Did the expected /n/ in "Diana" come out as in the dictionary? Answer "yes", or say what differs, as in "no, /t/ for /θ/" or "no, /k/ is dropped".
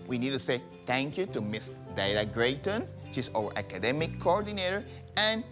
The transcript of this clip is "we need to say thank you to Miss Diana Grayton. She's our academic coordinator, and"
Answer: no, /l/ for /n/